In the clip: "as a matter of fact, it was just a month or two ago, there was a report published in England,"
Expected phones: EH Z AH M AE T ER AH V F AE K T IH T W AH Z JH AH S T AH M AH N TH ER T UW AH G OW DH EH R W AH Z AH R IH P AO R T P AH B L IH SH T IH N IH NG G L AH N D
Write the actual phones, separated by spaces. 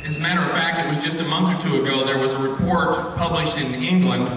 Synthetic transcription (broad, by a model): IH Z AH M AE T ER AH V F AE K T IH T W AH Z JH AH S T AH M AH N TH ER T UW AH G OW DH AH R W AH Z AH R IH P AO R T P AH B L IH SH T IH N IH NG G L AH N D